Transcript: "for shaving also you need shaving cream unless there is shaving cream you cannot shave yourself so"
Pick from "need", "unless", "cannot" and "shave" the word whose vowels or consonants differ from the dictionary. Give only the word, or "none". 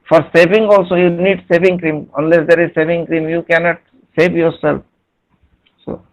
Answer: shave